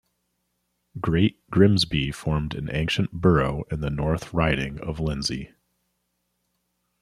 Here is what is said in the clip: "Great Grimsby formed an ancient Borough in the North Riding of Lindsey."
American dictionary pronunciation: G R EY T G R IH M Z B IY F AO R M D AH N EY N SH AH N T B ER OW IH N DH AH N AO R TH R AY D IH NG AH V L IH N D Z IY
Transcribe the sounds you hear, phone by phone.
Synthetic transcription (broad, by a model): G R EY T G R IH M Z B IY F AO R M D AH N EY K SH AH N B ER OW IH N DH AH N AO R TH R AY D IH NG AH V L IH N Z IY